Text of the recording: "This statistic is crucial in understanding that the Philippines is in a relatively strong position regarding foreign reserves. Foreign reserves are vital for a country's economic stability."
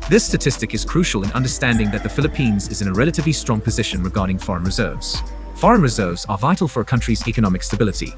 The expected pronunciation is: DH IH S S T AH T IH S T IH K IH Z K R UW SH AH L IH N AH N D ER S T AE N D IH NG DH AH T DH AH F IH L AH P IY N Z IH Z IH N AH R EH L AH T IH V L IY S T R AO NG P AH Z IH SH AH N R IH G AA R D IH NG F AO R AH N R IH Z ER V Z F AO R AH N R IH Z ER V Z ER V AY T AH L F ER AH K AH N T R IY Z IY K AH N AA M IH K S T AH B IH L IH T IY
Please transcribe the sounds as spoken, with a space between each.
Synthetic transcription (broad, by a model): DH IH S S T AH T IH S T IH K IH Z K R UW SH AH L IH N AH N D ER S T AE N D IH NG DH AH T DH AH F IH L AH P IY N Z IH Z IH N AH R EH L AH T IH V L IY S T R AO NG P AH Z IH SH AH N R IH G AA R D IH NG F AO R AH N R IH Z ER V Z F AO R AH N R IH Z ER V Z ER V AY T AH L F ER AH K AH N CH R IY Z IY K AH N AA M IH K S T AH B IH L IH T IY